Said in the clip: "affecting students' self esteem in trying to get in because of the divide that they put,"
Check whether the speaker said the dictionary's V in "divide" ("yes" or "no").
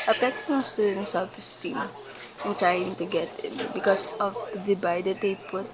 no